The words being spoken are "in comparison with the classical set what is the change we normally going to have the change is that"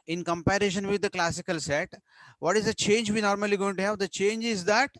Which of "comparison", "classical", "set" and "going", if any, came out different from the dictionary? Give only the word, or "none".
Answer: comparison